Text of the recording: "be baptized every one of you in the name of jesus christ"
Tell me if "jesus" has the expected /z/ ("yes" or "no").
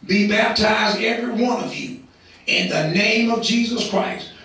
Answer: yes